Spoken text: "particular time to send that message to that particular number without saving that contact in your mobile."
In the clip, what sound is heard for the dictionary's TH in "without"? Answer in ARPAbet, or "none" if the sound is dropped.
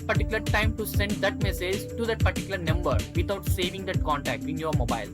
T